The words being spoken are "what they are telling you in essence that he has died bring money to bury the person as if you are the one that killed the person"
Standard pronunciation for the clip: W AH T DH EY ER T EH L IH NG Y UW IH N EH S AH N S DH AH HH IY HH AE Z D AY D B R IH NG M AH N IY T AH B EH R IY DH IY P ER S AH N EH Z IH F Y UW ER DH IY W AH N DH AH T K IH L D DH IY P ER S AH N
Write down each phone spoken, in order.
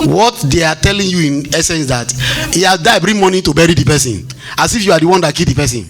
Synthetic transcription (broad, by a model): W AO T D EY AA T EH L IH NG Y UW IH N EH S AH N S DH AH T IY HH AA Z D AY B R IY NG M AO N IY T AH B EH R IY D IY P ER S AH N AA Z IH F Y UW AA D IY W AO N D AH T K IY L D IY P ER S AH N